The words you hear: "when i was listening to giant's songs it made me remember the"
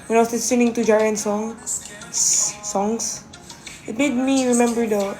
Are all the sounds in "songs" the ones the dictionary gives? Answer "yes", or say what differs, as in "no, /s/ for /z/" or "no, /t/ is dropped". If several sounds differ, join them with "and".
no, /s/ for /z/